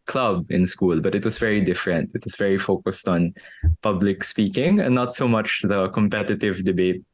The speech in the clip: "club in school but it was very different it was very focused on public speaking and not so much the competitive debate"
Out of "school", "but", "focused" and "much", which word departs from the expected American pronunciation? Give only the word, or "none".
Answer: none